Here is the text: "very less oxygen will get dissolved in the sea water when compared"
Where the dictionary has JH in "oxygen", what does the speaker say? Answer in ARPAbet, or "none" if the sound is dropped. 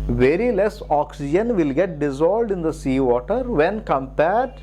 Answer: JH